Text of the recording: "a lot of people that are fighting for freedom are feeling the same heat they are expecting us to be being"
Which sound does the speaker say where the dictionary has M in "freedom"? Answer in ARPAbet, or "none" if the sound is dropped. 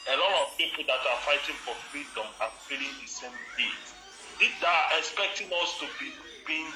M